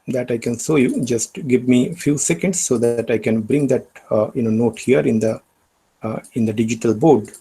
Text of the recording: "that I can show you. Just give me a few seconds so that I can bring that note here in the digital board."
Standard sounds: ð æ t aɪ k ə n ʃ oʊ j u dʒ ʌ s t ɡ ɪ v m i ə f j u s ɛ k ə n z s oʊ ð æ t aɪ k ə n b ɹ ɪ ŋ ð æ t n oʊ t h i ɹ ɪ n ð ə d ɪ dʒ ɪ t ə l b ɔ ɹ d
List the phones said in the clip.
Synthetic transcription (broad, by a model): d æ t aɪ k ə n s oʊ j u dʒ ʌ s t ɡ ɪ v m i f j u s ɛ k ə n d s oʊ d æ t aɪ k ə n b ɹ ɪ ŋ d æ t n oʊ t h i ɹ ɪ n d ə d ɪ dʒ ɪ t ə l b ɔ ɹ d